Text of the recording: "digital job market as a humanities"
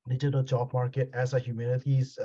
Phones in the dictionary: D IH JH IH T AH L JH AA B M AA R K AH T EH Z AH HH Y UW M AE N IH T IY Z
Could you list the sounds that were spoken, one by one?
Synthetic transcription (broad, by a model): D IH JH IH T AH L CH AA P M AA R K AH T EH S AH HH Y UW M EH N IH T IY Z